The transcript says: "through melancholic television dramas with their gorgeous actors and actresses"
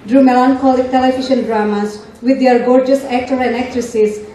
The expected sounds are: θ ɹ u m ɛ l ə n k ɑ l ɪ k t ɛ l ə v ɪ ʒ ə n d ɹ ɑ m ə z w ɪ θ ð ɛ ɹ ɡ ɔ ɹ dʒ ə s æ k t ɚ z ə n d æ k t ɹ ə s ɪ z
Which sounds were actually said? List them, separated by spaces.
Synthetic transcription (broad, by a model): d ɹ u m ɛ l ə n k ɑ l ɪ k t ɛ l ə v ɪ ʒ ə n d ɹ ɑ m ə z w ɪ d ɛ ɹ ɡ ɔ ɹ dʒ ə s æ k t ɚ ə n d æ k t ɹ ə s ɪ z